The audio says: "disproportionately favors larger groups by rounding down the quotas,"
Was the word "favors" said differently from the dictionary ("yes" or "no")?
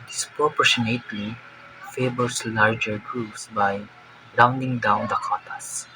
yes